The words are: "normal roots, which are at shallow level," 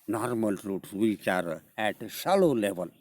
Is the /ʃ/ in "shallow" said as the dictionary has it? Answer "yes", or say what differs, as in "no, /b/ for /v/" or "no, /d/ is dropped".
no, /s/ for /ʃ/